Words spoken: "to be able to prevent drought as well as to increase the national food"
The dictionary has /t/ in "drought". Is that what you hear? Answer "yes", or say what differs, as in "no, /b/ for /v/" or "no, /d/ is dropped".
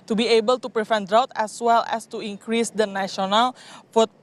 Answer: yes